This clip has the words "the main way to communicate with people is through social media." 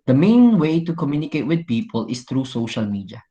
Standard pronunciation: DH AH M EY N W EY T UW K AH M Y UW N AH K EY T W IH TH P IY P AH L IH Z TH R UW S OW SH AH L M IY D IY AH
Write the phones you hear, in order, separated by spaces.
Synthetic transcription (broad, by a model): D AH M EY N W EY T UW K AH M Y UW N AH K EY T W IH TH P IY P AH L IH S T R UW S OW SH AH L M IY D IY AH